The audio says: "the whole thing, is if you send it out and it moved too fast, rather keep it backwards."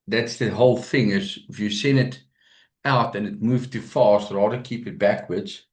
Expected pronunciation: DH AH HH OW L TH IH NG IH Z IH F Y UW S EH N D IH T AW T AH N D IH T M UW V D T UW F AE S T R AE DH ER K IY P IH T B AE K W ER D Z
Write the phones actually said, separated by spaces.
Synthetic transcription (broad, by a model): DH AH HH OW L TH IH NG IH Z IH F Y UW S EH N IH T AW T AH N IH T M UW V T UW F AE S T R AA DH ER K IY P IH T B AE K W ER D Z